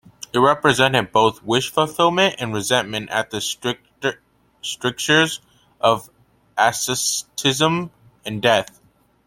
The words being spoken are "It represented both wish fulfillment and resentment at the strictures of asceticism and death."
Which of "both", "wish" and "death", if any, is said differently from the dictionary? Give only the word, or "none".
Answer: none